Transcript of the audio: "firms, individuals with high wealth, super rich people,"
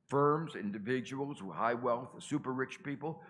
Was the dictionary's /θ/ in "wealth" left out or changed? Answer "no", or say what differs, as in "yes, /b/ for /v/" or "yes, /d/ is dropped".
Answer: no